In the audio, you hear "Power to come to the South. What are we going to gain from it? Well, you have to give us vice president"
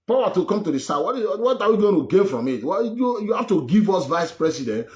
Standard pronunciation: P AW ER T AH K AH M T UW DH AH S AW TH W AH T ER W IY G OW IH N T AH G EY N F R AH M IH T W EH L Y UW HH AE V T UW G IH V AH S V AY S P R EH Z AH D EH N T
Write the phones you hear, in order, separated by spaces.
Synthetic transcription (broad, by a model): P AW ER T AH K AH M T UW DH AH S AW T W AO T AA W IY G OW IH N T AH G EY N F R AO M IH T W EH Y Y UW HH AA F T UW G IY V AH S V AY S P R EH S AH D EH N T